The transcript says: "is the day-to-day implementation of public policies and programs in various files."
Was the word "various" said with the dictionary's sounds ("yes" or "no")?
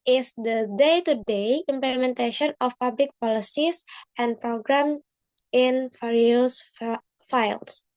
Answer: no